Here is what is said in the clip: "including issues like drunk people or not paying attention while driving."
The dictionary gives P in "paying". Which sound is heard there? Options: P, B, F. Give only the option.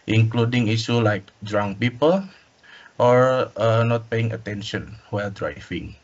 P